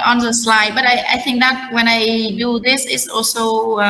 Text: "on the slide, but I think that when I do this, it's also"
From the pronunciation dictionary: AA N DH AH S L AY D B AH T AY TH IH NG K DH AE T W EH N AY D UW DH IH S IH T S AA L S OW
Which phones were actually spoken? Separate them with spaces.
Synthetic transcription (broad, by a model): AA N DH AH S L AY D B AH T AY TH IH NG K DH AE T W EH N AY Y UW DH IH S IH T S AA L S OW